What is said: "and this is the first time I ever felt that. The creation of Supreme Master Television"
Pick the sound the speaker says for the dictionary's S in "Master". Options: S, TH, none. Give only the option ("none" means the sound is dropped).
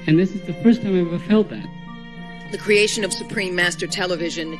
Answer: S